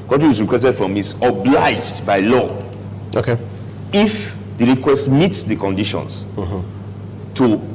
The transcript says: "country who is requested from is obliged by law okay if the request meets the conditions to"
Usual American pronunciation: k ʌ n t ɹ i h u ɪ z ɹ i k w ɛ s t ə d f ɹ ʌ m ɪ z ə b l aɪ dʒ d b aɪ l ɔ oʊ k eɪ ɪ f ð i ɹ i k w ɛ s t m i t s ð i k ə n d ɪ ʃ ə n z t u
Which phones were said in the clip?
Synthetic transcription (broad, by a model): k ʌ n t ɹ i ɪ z ɹ i k w ɛ s t ə d f ɹ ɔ m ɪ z ə b l aɪ dʒ d b aɪ l ɔ oʊ k eɪ ɪ f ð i ɹ i k w ɛ s t m i t s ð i k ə n d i ʃ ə n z t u